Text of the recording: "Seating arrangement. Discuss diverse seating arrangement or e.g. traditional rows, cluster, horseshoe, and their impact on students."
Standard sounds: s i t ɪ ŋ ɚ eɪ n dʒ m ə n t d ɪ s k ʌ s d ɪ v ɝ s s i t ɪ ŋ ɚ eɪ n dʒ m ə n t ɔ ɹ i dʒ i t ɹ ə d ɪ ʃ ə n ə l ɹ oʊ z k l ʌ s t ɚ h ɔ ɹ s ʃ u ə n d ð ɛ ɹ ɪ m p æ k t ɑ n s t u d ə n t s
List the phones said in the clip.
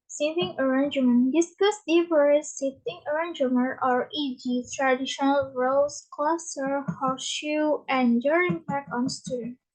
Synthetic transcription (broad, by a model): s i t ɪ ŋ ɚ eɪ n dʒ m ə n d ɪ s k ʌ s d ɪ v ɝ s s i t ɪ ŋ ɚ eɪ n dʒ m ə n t ɔ ɹ i dʒ i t ɹ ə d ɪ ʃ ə n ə l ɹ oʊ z k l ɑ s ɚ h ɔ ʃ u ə n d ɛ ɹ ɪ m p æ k ɑ n s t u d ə n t